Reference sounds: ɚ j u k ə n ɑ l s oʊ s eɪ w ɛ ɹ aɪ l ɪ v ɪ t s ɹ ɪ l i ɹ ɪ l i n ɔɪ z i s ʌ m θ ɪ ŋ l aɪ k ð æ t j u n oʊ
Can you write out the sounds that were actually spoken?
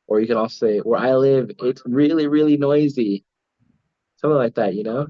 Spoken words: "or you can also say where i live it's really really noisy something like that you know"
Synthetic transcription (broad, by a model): ɚ j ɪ k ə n ɑ l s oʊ s eɪ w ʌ ɹ aɪ l ɪ v ɪ t s ɹ ɪ l i ɹ ɪ l i n ɔɪ z i s ʌ m θ ɪ ŋ l aɪ k ð æ t j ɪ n oʊ